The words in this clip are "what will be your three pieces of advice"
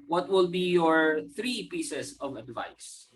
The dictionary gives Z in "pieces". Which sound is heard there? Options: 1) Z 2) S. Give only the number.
2